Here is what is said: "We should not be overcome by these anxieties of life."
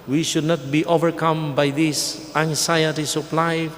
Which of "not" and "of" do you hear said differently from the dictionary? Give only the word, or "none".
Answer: of